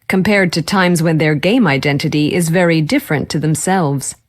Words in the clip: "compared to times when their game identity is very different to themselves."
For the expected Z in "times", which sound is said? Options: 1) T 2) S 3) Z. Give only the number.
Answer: 3